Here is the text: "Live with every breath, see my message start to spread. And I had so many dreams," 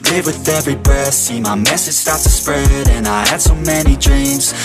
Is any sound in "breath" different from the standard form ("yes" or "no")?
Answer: yes